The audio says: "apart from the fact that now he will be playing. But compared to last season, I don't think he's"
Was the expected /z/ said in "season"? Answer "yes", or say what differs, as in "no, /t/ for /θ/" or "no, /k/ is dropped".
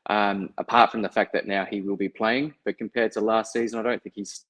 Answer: yes